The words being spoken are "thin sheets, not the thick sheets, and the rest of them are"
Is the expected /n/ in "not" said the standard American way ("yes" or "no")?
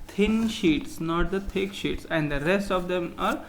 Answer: yes